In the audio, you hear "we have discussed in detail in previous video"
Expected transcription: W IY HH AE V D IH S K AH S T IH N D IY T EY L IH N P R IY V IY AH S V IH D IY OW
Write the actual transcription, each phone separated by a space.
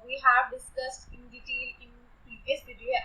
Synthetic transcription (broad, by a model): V IY HH AE V D IH S K AH S T IH N D IY T EY L IH N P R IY IY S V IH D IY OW